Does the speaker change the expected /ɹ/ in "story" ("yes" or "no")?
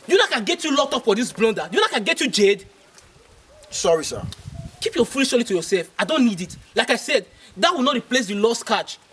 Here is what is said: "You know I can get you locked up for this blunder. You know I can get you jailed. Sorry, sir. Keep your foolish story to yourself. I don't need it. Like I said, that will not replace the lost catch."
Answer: yes